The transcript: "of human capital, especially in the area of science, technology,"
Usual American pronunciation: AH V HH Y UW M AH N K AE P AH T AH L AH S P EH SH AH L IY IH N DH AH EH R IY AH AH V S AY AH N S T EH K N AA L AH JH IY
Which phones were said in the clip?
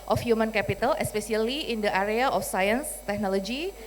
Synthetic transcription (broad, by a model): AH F HH Y UW M AH N K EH P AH T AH L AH S P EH S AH L IY IH N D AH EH R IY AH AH F S AY AH N S T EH K N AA L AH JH IY